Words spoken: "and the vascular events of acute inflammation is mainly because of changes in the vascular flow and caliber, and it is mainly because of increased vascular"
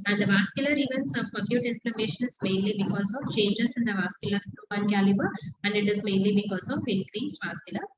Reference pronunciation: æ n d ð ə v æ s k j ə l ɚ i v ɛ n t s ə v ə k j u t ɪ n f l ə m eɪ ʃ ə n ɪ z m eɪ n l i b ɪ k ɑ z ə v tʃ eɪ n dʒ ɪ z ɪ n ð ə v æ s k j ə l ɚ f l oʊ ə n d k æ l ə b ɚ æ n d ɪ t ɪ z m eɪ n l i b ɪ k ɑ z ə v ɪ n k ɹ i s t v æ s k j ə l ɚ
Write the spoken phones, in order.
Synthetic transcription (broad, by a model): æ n d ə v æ s k j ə l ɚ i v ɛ n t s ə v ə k j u t ɪ n f l ə m eɪ ʃ ə n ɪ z m eɪ n l i b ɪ k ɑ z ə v tʃ eɪ n dʒ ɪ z ɪ n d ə v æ s k j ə l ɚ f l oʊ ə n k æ l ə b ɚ æ n d ɪ t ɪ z m eɪ n l i b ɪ k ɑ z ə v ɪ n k ɹ i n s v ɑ s k j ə l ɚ